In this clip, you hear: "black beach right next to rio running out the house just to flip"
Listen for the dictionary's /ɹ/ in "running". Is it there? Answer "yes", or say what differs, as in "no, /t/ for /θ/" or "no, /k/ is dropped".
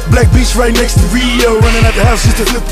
no, /w/ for /ɹ/